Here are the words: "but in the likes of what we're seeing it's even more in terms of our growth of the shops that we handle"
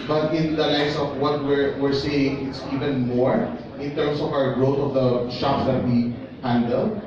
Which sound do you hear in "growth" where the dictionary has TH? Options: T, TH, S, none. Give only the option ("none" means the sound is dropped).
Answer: T